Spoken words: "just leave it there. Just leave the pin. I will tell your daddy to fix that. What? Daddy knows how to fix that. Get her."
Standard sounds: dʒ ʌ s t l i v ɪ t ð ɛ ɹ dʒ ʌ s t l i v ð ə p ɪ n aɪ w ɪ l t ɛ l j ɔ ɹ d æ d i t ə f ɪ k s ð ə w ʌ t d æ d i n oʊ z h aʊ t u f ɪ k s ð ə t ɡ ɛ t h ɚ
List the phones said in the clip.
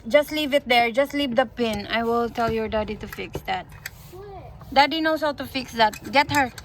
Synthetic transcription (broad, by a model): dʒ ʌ s t l i v ɪ t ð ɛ ɹ dʒ ʌ s t l i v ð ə p ɪ n aɪ w ɪ l t ɛ l j ɔ ɹ d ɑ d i t ə f ɪ k s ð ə t d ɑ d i n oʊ s h aʊ t u f ɪ k s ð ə t ɡ ɛ t h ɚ